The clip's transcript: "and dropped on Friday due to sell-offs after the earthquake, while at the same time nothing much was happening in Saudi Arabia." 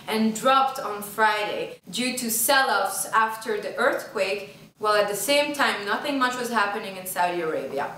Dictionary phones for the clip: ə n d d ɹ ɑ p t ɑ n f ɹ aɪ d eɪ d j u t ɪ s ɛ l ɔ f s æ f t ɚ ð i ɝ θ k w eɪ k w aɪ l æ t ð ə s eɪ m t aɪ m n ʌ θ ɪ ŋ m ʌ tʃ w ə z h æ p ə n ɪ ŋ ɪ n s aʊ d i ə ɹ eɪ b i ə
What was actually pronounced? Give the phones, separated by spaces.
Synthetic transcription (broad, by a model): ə n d d ɹ ɑ p t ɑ n f ɹ aɪ d eɪ d j u t ɪ s ɛ l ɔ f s æ f t ɚ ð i ɝ θ k w eɪ k w aɪ l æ t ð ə s eɪ m t aɪ m n ʌ θ ɪ ŋ m ʌ tʃ w ə z h æ p ə n ɪ ŋ ɪ n s aʊ d i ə ɹ eɪ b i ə